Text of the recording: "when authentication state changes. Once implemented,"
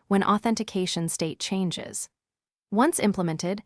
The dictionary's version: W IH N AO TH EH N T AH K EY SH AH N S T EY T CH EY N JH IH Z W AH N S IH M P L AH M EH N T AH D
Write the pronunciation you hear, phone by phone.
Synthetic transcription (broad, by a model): W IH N AO TH EH N T AH K EY SH AH N S T EY T CH EY N JH IH Z W AH N S IH M P L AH M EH N T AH D